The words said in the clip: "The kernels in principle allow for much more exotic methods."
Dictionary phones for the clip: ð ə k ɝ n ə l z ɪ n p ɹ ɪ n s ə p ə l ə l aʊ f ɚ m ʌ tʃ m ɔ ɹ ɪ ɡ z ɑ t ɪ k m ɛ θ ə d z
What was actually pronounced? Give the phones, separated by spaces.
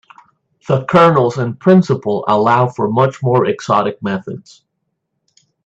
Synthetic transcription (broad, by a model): ð ə k ɝ n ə l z ɪ n p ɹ ɪ n s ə p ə l ə l aʊ f ɚ m ʌ tʃ m ɔ ɹ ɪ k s ɑ t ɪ k m ɛ θ ə d z